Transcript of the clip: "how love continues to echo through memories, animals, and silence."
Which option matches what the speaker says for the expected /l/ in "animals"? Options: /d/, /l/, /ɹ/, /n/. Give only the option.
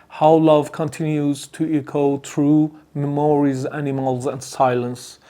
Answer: /l/